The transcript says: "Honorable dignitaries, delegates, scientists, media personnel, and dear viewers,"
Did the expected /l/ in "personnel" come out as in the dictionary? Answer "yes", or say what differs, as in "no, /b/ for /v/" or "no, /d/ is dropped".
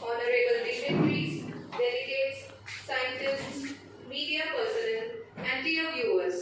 no, /n/ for /l/